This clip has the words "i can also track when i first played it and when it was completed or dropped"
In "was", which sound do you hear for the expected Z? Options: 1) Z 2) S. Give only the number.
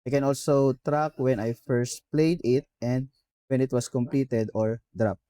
2